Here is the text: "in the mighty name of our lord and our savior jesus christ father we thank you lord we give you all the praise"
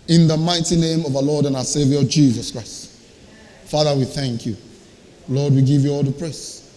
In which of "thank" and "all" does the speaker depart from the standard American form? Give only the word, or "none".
none